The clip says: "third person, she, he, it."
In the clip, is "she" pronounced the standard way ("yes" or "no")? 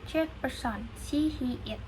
no